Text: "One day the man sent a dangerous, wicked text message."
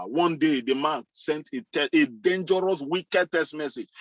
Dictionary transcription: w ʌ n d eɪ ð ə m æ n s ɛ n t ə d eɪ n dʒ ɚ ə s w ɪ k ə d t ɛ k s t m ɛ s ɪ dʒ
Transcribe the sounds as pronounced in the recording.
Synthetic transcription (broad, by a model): w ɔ n d eɪ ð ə m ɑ n s ɛ n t ə d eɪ n dʒ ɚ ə s w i k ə d t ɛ s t m ɛ s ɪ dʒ